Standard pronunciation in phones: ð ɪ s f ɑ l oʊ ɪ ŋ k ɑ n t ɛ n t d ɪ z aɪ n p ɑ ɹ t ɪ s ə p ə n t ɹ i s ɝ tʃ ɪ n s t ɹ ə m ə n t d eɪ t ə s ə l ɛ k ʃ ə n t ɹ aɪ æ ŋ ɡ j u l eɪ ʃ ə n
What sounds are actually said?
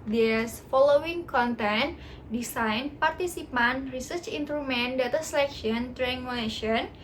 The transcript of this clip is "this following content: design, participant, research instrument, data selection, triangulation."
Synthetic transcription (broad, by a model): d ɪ s f ɑ l oʊ ɪ ŋ k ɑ n t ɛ n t d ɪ s aɪ n p ɑ ɹ t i s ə p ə n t ɹ i s ɝ tʃ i n t ɹ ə m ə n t d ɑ t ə s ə l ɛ k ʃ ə n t ɹ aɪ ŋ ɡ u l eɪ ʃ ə n